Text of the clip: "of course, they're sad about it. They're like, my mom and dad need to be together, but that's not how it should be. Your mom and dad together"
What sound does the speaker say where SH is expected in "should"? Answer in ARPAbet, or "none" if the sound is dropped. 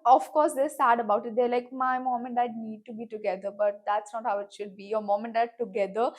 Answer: SH